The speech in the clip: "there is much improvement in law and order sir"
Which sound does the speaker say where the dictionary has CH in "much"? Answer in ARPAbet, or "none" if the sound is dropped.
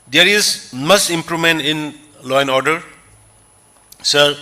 S